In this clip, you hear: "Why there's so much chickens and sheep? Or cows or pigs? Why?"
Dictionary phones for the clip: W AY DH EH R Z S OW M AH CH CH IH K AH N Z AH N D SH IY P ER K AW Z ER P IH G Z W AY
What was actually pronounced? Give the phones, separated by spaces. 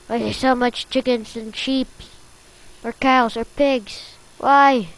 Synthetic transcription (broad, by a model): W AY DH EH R S OW M AH CH CH IH K AH N Z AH N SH IY P ER K AW Z ER P IH G Z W AY